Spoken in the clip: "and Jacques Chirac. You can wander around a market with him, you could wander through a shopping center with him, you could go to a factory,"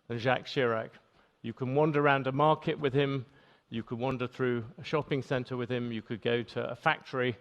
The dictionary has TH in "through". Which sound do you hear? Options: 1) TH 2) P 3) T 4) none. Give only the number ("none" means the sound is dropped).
1